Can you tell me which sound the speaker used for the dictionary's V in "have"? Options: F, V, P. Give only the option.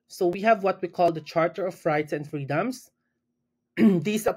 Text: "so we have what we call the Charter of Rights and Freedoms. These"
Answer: V